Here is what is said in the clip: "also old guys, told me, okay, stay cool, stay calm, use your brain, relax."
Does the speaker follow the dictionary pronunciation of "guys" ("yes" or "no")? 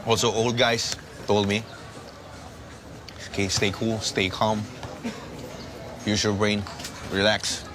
no